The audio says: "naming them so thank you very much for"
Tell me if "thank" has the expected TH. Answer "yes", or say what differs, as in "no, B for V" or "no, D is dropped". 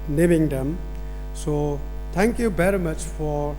no, T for TH